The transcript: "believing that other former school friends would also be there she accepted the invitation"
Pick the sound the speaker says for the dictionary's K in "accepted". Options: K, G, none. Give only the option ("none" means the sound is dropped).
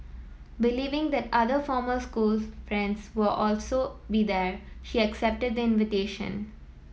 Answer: K